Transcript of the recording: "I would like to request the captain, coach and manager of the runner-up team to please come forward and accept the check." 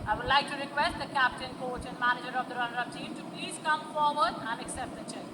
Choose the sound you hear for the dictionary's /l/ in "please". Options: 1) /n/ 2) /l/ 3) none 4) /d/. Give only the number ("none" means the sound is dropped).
2